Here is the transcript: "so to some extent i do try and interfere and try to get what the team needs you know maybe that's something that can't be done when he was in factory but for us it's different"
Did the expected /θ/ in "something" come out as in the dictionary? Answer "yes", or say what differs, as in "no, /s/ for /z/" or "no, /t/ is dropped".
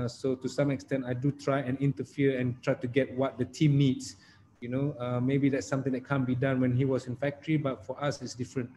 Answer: no, /t/ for /θ/